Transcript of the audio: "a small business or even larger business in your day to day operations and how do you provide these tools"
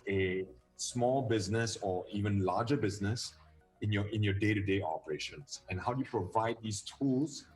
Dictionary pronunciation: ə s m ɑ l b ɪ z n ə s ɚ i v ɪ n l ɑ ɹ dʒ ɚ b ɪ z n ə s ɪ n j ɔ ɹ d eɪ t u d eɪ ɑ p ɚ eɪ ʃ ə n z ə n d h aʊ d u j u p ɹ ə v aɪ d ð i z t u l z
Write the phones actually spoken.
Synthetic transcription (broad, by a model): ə s m ɑ l b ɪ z n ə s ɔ i v ɪ n l ɑ dʒ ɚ b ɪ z n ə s ɪ n j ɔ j d eɪ t u d eɪ ɑ p ɚ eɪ ʃ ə n s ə n h aʊ d u j u p ɹ ə v aɪ d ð i s t u l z